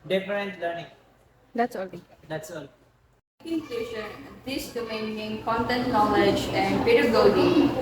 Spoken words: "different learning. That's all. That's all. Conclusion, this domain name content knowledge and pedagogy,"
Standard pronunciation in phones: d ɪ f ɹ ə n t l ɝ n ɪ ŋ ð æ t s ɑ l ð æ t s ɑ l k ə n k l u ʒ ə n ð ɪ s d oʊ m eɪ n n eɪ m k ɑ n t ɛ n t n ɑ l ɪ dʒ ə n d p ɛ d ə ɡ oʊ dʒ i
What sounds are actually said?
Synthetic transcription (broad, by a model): d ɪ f ɹ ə n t l ɝ n ɪ ŋ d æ t s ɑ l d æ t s ɑ l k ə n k ɛ ʃ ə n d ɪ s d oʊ m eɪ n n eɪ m k ɑ n t ɛ n t n ɑ l ɪ dʒ ə n d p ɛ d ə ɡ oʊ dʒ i